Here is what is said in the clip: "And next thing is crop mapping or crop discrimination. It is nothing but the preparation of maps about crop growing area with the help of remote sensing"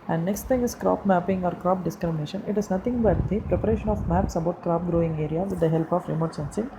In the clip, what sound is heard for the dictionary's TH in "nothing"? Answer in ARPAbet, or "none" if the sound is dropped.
T